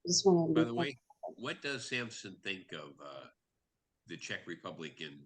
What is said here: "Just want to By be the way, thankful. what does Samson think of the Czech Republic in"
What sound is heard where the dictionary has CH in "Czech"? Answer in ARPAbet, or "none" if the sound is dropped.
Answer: CH